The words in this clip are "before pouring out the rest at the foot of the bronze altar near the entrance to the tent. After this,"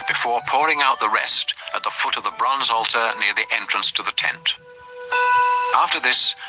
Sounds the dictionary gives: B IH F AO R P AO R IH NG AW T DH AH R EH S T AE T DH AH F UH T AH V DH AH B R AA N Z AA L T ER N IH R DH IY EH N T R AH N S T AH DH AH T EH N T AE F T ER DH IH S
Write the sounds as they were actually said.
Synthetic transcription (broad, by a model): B IH F AO R P AO R IH NG AW T DH AH R EH S T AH T DH AH F UH T AH V DH AH B R AA N Z AA L T ER N IH R DH IY EH N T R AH N S T AH DH AH T EH N T AE F T ER DH IH S